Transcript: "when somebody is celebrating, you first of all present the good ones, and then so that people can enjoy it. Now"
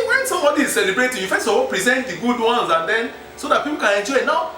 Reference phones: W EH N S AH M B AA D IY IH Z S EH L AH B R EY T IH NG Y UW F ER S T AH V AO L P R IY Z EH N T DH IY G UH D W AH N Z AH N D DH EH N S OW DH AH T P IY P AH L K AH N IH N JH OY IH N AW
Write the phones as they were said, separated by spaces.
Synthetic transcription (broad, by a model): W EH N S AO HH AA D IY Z S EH L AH B R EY T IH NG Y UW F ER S AH W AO P R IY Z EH N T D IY G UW D W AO N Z AH N D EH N S OW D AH T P IY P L K AH N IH N JH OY IH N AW